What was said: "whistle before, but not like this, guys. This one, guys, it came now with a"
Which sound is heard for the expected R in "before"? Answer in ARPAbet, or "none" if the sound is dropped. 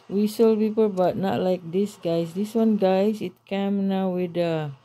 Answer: L